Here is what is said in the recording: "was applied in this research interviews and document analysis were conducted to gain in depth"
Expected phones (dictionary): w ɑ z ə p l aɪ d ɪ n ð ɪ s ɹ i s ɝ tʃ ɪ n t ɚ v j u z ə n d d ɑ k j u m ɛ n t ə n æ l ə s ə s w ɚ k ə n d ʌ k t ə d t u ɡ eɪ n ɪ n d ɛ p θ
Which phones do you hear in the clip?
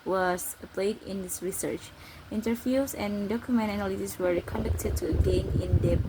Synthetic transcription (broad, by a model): w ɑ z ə p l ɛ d ɪ n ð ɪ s ɹ i s ɝ tʃ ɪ n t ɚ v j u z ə n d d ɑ k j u m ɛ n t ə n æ l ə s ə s w ɚ k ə n d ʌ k t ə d t u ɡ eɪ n ɪ n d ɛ